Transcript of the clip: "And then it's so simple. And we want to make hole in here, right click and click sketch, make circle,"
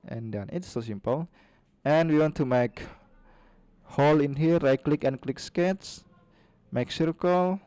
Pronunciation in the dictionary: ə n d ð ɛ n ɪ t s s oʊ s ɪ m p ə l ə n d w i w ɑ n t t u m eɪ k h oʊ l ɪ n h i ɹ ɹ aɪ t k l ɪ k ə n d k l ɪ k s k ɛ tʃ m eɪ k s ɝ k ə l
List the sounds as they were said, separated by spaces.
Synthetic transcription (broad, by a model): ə n d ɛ n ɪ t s s oʊ s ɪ m p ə l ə n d w i w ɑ n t t u m eɪ k h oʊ l ɪ n h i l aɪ k l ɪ k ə n k l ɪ k s k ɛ s m eɪ k s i k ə l